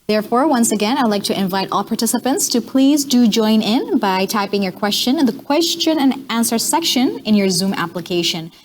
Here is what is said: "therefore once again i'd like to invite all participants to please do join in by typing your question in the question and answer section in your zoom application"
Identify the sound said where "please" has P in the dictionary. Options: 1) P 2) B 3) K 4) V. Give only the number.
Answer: 1